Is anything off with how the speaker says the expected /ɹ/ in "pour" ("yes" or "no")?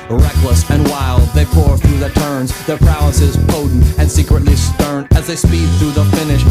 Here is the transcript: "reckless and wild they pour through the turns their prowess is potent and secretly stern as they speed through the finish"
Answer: no